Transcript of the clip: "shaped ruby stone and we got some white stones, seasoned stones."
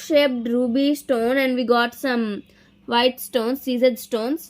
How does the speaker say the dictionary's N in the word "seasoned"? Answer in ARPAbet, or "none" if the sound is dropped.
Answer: none